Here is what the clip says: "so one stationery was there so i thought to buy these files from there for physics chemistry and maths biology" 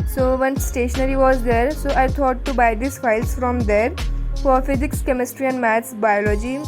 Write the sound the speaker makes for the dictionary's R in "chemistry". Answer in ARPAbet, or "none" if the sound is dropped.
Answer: R